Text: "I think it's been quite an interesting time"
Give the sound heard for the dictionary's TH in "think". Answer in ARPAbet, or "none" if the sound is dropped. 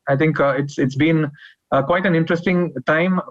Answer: T